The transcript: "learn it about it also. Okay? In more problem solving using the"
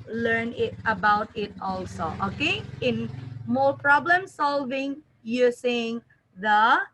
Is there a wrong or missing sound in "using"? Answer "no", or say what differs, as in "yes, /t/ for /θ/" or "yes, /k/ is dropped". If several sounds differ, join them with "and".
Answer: yes, /s/ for /z/